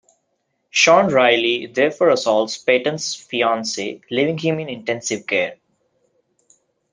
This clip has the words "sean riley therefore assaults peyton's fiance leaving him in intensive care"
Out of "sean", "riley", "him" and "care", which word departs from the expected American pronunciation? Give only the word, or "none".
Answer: none